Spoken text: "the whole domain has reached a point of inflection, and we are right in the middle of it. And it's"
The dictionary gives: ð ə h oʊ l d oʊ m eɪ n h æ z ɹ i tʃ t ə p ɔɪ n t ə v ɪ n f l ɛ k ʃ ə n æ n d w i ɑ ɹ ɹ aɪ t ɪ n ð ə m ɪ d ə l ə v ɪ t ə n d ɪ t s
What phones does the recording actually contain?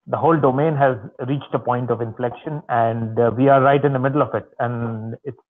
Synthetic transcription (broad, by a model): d ə h oʊ l d oʊ m eɪ n h æ z ɹ i tʃ t ə p ɔɪ n t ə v ɪ n f l ɛ k ʃ ə n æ n d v i ɑ ɹ ɹ aɪ t ɪ n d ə m ɪ d ə l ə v ɪ t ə n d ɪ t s